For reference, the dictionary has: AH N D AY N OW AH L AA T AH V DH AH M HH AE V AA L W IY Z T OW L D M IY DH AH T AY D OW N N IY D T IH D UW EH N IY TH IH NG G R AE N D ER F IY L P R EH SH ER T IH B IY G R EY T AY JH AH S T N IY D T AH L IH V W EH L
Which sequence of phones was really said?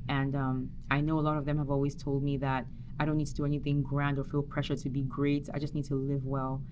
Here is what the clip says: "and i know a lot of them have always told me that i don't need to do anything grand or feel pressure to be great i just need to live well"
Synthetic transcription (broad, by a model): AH N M AY N OW AH L AA T AH V DH AH M HH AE V AA L W IY Z T OW L D M IY DH AH T AY D OW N N IY D T IH D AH EH N IY TH IH NG G R AE N D ER F IY L P R EH SH ER T IH B IY G R EY T AY JH AH S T N IY D T AH L IH V W EH L